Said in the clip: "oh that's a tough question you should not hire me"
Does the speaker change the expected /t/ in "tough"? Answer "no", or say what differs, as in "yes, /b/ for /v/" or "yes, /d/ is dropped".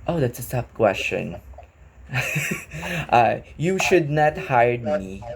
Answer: yes, /s/ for /t/